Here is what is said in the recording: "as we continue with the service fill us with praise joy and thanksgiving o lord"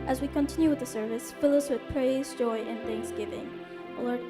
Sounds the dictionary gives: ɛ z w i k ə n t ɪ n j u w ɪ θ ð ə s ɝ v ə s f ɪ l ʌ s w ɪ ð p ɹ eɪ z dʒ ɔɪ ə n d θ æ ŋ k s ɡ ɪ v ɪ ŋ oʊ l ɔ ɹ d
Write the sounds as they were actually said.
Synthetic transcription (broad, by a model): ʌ z w i k ə n t ɪ n j u w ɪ ð ə s ɝ v ə s f ɪ l ʌ s w ɪ ð p ɹ eɪ z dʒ ɔɪ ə n θ æ ŋ k s ɡ ɪ v ɪ ŋ oʊ l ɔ ɹ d